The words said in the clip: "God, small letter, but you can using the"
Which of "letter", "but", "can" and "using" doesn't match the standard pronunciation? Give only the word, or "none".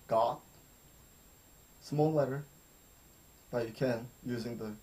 none